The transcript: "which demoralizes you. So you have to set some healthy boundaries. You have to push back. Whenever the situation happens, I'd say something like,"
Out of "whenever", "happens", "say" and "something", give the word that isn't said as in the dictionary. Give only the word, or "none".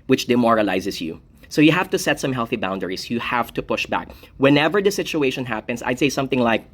happens